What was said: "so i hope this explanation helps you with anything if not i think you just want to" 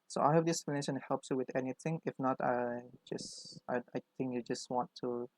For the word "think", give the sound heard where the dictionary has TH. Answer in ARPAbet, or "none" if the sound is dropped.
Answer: S